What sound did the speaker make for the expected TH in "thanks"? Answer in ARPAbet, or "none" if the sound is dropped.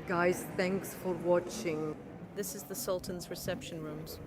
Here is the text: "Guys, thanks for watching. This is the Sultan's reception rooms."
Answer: TH